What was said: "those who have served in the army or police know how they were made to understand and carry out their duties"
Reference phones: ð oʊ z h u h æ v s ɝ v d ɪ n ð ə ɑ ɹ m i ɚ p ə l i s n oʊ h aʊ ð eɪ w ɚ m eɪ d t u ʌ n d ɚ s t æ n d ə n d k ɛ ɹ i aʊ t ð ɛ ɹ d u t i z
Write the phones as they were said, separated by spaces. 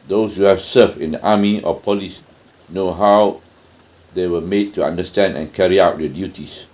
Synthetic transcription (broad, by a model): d oʊ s h u h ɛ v s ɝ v ɪ n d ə ɑ m i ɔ p ə l i s n oʊ h aʊ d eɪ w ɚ m eɪ d t u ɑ n d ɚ s t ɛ n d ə n k ɛ ɹ i aʊ t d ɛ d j u t i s